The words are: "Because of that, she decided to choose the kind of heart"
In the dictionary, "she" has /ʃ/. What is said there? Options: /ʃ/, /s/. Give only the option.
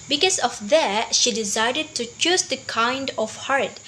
/ʃ/